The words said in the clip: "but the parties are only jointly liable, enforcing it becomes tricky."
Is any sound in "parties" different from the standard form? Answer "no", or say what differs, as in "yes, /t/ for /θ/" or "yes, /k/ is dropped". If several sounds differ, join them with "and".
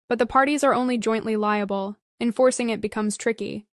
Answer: no